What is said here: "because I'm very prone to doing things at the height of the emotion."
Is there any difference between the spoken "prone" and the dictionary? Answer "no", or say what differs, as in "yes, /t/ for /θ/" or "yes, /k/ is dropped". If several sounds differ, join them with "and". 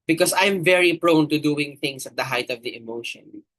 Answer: no